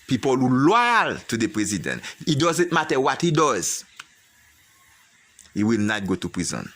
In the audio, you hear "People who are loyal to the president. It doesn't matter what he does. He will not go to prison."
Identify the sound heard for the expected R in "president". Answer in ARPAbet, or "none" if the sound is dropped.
R